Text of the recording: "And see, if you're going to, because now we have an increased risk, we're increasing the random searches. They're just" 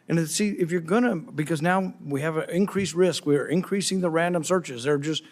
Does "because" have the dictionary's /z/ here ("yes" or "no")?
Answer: yes